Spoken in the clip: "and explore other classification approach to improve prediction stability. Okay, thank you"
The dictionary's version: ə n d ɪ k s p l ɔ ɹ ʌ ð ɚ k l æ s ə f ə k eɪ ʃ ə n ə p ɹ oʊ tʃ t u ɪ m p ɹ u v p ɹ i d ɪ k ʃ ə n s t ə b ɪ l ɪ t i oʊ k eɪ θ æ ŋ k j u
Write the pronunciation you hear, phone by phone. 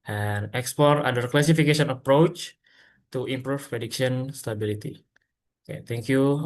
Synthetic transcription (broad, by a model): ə n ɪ k s p ɔ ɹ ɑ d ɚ k l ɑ s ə f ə k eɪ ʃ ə n ə p ɹ oʊ tʃ t u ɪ m p ɹ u f p ɹ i d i k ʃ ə n s t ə b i l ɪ t i oʊ k eɪ t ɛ ŋ k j u